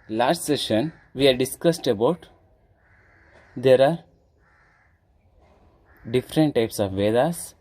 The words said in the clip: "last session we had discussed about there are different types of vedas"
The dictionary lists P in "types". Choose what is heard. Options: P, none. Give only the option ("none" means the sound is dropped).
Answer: P